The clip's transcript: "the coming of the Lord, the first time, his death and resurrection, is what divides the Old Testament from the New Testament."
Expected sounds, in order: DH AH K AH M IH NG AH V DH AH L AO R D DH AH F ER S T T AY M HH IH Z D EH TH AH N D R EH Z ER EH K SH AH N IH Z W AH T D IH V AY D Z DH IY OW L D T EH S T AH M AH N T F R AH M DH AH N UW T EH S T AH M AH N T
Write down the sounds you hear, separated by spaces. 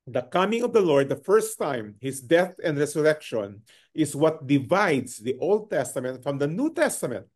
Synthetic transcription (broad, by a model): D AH K AH M IH NG AH V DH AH L AO R D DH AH F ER S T T AY M HH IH S D EH TH AH N D R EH S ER EH K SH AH N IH S W AH T D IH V AY D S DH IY OW L D T EH S T AH M AH N T F R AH M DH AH N UW T EH S T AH M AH N T